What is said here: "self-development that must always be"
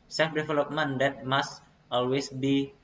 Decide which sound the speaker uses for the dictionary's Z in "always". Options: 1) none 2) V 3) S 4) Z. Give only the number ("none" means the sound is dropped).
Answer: 3